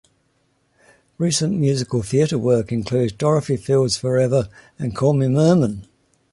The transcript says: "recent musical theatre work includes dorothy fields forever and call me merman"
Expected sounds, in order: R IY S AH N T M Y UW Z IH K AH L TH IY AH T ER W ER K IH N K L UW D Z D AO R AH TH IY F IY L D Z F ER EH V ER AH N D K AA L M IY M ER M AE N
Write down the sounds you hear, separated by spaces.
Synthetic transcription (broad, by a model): R IY S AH N M Y UW Z IH K AH L TH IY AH T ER W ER K IH N K L UW D Z D AO R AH F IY F IY L D Z F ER EH V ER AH N K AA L M IY M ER M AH N